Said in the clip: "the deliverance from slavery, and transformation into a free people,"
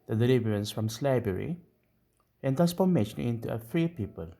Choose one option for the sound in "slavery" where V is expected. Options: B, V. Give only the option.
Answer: B